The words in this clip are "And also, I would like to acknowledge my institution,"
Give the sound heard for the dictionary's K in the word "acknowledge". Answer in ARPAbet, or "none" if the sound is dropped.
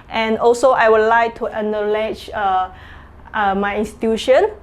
none